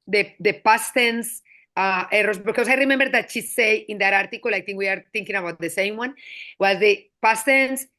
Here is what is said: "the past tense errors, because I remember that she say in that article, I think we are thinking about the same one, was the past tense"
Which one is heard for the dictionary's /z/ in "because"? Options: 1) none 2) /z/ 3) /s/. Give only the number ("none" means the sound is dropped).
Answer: 3